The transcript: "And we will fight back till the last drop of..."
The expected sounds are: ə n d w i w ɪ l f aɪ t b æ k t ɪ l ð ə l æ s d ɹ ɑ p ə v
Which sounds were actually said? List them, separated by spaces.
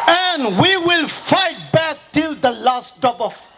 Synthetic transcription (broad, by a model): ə n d w i w ɪ l f aɪ t b æ k t ɪ l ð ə l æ s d ɑ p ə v